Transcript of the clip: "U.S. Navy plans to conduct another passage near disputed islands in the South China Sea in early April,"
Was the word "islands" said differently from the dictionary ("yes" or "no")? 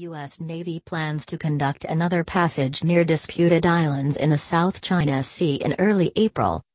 no